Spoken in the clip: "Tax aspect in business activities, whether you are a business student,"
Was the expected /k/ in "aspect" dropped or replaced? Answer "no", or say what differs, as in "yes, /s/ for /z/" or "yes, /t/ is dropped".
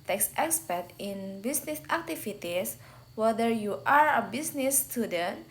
yes, /k/ is dropped